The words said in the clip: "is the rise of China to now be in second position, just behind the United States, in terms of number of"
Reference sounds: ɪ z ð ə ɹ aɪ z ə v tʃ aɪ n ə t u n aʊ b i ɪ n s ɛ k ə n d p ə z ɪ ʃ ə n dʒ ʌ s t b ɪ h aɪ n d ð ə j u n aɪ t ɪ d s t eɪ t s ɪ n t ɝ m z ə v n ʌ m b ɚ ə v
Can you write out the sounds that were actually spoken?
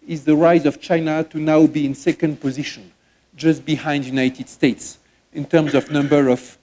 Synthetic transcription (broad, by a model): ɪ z ð ə ɹ aɪ z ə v tʃ aɪ n ə t u n aʊ b i ɪ n s ɛ k ə n d p ə z ɪ ʃ ə n dʒ ʌ s t b ɪ h aɪ n d j u n aɪ t ɪ d s t eɪ t s ɪ n t ɝ m z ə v n ʌ m b ɚ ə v